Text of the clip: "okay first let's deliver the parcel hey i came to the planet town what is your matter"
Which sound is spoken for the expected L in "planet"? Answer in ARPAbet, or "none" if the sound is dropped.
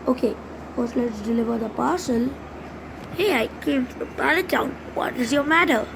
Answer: none